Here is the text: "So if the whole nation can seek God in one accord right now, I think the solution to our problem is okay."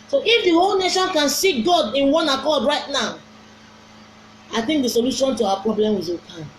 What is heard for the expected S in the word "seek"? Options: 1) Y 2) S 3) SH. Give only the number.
2